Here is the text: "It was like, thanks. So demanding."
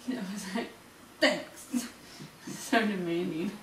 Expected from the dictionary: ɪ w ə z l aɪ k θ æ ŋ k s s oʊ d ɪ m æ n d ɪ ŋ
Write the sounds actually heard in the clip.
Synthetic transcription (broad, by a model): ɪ w ə z l aɪ k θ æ k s s oʊ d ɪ m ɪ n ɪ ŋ